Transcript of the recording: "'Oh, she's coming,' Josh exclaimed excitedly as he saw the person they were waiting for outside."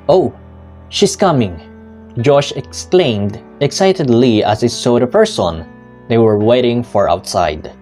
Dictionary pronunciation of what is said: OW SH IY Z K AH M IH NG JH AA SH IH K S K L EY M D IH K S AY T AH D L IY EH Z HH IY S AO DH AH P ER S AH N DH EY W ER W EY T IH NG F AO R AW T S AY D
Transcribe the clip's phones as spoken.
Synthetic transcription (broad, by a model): OW SH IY S K AH M IH NG JH AA SH IH K S K L EY M D IH K S AY T AH D L IY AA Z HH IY S AO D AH P ER S AH N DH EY W ER W EY T IH NG F AO R AW T S AY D